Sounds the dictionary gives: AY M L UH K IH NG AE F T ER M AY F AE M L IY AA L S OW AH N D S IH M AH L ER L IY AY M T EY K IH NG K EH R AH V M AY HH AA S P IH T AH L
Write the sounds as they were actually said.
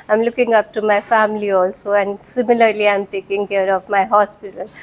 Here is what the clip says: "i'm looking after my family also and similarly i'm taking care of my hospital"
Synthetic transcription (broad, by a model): AY M L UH K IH NG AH P T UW M AY F AE M L IY AA L S OW AH N D S IH M AH L ER L IY AY M T EY K IH NG K EH R AH V M AY HH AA S P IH T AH L